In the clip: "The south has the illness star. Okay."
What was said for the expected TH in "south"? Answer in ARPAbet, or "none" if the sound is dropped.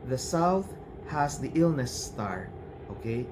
TH